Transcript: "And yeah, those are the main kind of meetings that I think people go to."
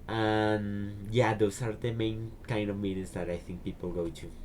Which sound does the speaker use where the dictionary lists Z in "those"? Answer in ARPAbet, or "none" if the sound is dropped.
S